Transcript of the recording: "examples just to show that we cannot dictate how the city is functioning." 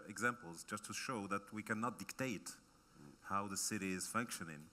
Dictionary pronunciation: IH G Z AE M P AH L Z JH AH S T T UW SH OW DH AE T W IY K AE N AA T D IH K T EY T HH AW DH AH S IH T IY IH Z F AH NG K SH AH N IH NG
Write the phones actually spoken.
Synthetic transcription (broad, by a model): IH G Z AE M P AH L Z JH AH S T T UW SH OW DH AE T W IY K AE N AA T D IH K T EY T HH AW DH AH S IH T IY IH Z F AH NG K SH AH N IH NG